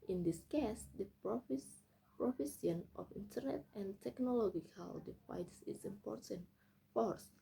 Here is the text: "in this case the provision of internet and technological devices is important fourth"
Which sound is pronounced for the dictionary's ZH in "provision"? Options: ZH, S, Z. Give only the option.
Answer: S